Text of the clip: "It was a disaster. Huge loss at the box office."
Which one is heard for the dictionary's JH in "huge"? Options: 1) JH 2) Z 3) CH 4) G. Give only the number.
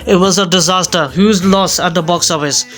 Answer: 2